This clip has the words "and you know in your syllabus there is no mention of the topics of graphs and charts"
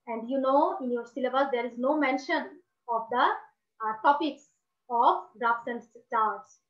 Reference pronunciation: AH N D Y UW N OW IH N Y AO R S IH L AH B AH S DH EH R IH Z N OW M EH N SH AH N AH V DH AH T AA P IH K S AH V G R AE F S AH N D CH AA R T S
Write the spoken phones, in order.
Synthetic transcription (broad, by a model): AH N D Y UW N OW IH N Y AO R S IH L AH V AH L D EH R IH Z N OW M EH N SH AH N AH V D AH T AA P IH K S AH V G R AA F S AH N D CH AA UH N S